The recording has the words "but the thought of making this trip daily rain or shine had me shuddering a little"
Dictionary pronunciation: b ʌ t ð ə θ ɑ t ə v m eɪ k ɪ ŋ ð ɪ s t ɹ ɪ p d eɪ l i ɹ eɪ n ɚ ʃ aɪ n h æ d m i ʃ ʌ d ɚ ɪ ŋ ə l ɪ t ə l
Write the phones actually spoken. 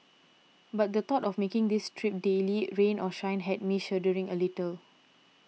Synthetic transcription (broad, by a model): b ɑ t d ə t ɑ t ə f m eɪ k ɪ ŋ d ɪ s t ɹ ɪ p d eɪ l i ɹ eɪ n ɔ ʃ aɪ n h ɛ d m i ʃ ʌ d ɚ ɪ ŋ ə l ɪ t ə l